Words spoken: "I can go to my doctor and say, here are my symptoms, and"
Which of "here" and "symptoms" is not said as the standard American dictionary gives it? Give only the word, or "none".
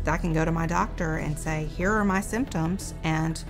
none